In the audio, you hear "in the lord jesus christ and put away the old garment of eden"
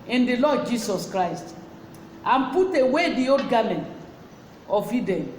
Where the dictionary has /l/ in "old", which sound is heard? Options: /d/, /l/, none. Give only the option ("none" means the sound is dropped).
none